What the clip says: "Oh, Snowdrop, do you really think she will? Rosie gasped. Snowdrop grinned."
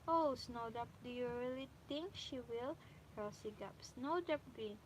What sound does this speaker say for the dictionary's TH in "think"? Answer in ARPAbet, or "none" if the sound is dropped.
T